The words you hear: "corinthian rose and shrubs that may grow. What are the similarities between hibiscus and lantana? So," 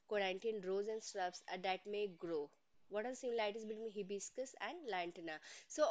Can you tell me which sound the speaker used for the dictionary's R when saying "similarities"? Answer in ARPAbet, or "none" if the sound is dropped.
none